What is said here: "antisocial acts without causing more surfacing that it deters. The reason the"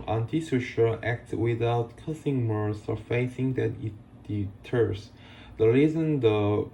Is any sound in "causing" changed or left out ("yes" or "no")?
yes